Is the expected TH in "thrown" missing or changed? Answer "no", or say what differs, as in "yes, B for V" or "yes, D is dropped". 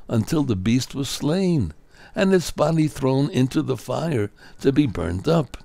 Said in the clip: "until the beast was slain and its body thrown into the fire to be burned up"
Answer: no